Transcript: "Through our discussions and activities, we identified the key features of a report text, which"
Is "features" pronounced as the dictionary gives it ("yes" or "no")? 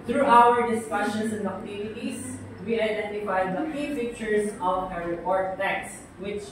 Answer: no